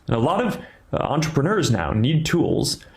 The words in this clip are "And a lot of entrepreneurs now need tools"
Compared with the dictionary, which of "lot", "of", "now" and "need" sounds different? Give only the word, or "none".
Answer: none